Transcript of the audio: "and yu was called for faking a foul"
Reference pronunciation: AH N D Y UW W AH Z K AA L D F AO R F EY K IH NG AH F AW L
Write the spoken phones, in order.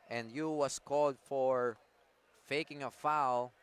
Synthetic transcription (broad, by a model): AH N D Y UW W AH S K AA L D F AO R F EY K IH NG AH F AW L